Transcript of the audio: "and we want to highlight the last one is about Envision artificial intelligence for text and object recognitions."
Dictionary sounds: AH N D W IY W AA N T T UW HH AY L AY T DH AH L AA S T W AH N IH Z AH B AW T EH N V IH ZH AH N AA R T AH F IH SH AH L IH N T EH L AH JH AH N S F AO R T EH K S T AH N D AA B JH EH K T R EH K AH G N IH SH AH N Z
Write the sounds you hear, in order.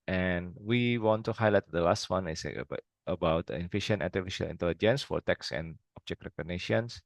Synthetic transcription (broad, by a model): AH N W IY W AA N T T UW HH AY L AY T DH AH L AA S T W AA N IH S AH B AW T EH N F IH SH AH N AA T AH F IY SH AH L IH N T EH L AH JH AH N S F AO R T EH K S AH N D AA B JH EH K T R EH K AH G N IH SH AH N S